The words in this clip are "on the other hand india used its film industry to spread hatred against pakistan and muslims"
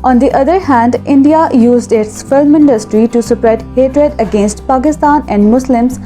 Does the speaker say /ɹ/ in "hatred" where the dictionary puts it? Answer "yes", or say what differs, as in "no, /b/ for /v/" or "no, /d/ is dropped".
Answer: yes